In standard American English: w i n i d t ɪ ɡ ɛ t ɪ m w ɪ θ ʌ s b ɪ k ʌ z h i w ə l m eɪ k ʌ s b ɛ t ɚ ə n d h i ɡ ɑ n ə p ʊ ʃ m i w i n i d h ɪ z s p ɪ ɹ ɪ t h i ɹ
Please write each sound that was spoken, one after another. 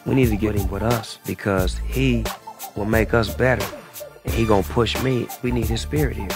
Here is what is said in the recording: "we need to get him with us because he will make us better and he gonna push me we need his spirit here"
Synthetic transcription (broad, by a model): w i n i d t ɪ ɡ ɛ t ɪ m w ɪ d ʌ s b ɪ k ʌ z h i w ə l m eɪ k ʌ s b ɛ t ɚ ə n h i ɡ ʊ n p ʊ ʃ m i w i n i d h ɪ z s p ɪ ɹ ɪ t h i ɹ